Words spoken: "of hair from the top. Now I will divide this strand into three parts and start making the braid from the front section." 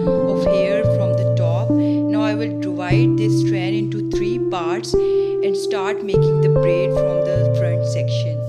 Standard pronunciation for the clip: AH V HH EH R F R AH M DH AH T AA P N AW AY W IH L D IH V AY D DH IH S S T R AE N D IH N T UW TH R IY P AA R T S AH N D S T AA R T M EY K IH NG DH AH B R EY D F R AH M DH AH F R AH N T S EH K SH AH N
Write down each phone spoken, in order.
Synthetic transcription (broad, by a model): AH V HH EH R F R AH M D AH T AA P N AW AY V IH L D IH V AY D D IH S S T R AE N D IH N T UW T R IY P AA R T S AH N D S T AA R T M EY K IH NG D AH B R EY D F R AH M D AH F R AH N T S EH K SH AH N